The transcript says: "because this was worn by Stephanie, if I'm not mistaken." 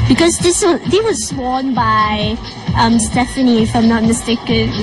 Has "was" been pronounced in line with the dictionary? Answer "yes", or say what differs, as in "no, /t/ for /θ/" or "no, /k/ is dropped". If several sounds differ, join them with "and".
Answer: no, /s/ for /z/